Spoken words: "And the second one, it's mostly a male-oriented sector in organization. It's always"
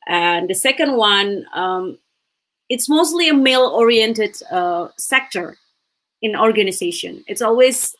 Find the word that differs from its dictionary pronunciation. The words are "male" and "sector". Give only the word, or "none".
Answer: none